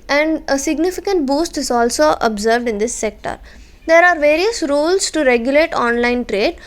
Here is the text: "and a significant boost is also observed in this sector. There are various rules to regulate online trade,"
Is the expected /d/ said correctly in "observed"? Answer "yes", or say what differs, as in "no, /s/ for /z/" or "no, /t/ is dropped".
yes